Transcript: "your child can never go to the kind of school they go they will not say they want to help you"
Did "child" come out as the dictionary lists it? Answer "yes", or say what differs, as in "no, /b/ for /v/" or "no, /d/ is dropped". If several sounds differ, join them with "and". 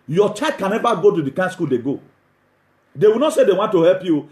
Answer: no, /l/ is dropped